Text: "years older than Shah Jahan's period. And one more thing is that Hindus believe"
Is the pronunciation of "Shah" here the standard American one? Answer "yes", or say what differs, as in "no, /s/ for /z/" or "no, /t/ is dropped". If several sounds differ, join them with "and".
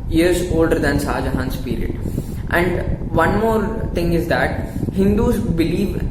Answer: no, /s/ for /ʃ/